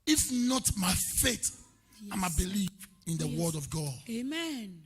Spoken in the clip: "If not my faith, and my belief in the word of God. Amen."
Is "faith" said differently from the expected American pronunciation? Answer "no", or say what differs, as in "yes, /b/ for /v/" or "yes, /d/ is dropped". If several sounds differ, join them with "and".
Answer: yes, /t/ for /θ/